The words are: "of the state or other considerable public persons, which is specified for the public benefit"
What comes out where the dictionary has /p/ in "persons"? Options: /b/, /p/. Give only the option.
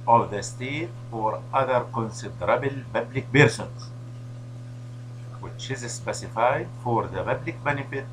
/b/